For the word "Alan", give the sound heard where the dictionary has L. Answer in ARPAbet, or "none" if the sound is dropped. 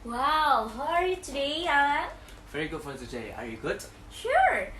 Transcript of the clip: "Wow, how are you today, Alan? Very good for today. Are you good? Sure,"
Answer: none